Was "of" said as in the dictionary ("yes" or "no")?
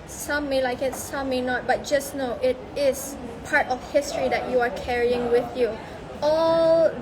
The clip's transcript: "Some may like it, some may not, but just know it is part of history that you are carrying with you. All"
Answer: no